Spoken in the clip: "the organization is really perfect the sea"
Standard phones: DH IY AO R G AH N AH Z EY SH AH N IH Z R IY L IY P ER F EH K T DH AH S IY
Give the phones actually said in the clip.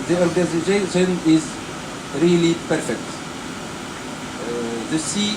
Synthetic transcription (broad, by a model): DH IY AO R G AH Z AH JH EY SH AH N IH Z R IY L IY P ER F EH K T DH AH S IY